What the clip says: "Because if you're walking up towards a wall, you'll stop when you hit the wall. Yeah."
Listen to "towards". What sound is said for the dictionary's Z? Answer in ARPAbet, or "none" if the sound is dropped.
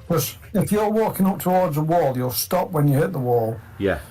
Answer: Z